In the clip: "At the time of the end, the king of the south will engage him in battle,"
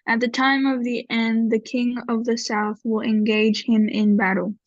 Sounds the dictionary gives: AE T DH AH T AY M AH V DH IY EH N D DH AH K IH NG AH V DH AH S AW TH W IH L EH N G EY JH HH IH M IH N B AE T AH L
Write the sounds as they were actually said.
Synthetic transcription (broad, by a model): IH T DH AH T AY M AH V DH IY EH N DH AH K IH NG AH V DH AH S AW TH W IH L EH N G EY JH HH IH M IH N B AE T L